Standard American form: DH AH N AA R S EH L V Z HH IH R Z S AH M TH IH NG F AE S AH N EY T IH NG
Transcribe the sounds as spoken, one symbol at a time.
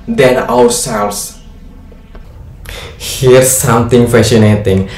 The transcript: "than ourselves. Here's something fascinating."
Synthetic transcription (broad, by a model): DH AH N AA W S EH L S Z HH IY R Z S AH M T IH NG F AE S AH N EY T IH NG